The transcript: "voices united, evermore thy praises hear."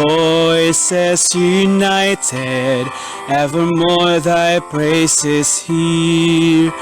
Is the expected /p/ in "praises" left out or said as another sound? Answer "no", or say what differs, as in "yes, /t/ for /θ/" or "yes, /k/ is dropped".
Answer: yes, /b/ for /p/